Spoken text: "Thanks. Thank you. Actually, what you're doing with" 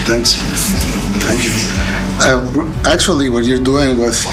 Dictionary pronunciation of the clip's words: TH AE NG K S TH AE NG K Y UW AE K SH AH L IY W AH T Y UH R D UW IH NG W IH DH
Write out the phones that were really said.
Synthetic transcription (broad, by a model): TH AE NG K S T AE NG K Y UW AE K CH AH L IY W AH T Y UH R D UW IH NG W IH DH